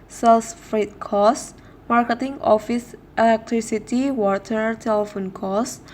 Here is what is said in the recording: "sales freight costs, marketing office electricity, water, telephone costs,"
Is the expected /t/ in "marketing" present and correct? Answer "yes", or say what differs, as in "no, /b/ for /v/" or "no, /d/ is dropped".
yes